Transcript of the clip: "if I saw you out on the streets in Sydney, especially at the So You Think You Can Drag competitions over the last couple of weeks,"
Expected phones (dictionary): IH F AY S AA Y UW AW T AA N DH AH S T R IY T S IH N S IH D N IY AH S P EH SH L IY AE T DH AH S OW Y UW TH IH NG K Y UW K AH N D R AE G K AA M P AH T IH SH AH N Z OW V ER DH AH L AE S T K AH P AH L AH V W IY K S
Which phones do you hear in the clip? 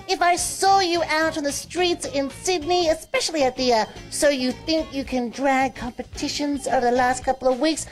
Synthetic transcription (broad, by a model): IH F AY S AA Y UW AW T N DH AH S T R IY T S IH N S IH D N IY AH S P EH SH L IY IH T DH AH S OW Y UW TH IH NG K Y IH K AH N D R AE G K AA M P AH T IH SH AH N Z OW V ER DH AH L AE S T K AH P L AH V W IY K S